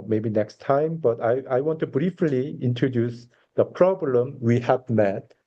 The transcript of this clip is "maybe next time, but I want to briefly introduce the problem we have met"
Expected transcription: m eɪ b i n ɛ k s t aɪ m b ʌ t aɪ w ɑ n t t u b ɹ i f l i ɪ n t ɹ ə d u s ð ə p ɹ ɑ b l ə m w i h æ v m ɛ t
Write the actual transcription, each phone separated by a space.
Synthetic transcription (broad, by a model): m eɪ b i n ɛ k s t aɪ m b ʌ t aɪ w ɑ n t t u b ɹ i f l i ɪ n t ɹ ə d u s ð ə p ɹ ɑ b l ə m w i h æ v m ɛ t